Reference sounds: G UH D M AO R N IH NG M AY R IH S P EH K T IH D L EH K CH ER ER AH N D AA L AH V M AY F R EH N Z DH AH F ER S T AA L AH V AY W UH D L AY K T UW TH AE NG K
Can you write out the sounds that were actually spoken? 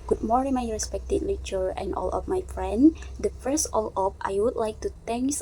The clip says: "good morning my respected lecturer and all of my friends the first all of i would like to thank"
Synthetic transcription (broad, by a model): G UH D M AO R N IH M AY R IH S P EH K T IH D L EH CH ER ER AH N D AA L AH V M AY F R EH N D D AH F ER S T AA L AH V AY W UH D L AY K T UW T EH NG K